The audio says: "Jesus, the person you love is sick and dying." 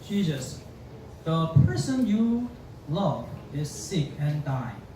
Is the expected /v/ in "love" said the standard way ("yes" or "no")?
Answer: yes